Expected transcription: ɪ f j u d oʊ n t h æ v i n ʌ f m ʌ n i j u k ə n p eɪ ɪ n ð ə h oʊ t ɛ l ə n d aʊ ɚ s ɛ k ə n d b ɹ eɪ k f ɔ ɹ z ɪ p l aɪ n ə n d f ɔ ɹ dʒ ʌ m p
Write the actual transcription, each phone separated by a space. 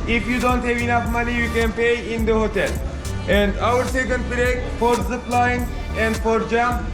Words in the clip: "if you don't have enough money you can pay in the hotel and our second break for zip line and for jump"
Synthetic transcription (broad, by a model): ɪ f j u d oʊ n t h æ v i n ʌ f m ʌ n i j u k ə n p eɪ ɪ n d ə h oʊ t ɛ l ə n d aʊ ɚ s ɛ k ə n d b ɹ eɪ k f ɔ ɹ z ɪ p l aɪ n ə n d f ɔ ɹ dʒ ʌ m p